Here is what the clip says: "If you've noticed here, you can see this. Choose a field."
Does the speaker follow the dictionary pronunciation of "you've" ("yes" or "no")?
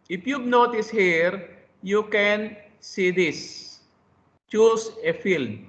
no